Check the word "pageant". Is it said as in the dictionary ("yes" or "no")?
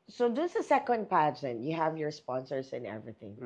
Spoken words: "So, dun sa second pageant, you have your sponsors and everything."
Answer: yes